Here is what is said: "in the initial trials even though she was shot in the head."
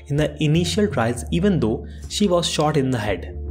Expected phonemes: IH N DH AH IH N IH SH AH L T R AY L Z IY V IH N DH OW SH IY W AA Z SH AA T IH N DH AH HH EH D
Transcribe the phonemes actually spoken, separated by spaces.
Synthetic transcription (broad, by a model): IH N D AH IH N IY SH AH L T R AY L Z IY V IH N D OW SH IY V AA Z SH AA T IH N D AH HH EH D